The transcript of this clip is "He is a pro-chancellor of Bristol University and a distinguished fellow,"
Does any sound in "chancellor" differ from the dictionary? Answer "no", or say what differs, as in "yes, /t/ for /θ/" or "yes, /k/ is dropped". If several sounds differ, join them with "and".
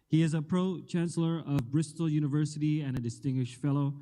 no